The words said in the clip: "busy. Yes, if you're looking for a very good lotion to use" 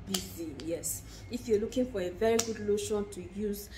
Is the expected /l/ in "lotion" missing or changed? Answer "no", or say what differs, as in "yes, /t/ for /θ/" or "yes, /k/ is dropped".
no